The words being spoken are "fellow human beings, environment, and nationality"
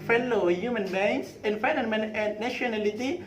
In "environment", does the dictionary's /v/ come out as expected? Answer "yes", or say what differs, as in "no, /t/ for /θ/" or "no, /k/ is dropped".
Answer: no, /f/ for /v/